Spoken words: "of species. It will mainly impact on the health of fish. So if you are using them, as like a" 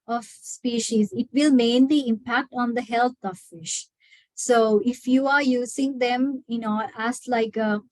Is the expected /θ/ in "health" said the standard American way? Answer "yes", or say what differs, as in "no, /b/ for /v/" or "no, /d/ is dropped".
no, /t/ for /θ/